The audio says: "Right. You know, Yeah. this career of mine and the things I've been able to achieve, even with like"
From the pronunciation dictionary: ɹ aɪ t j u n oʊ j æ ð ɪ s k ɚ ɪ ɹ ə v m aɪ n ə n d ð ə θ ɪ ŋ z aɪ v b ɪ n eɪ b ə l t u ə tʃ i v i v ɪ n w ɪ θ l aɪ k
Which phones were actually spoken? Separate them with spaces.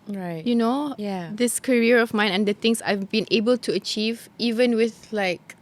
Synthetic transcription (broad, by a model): ɹ aɪ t j u n oʊ j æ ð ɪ s k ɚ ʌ ɹ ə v m aɪ n ə n d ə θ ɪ ŋ s aɪ v b ɪ n eɪ b ə l t u ə tʃ i v i v ɪ n w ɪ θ l aɪ k